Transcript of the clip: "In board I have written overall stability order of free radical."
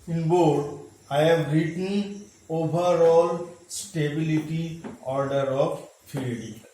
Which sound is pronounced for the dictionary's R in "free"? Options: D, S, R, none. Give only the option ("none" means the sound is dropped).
none